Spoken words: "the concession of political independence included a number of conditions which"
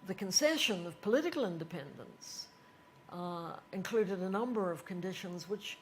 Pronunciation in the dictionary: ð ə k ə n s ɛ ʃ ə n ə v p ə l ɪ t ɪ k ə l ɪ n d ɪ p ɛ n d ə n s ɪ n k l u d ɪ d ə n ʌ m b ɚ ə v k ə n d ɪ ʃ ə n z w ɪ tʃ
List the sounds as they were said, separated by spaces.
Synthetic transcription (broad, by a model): ð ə k ə n s ɛ ʃ ə n ə v p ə l ɪ t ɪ k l ɪ n d ɪ p ɛ n d ə n s ɪ n k l u d ɪ d ə n ʌ m b ɚ ə v k ə n d ɪ ʃ ə n z w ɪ tʃ